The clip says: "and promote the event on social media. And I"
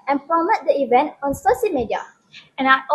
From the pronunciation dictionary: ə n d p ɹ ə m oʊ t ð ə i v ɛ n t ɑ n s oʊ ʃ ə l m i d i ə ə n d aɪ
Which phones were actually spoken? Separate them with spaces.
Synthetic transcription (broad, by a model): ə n p ɹ ə m oʊ t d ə i v ɛ n t ɑ n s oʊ s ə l m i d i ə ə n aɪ